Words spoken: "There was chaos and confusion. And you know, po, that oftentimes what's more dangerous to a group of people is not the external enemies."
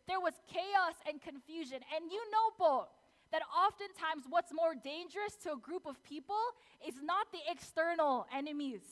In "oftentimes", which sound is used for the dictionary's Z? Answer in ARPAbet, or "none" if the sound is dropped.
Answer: Z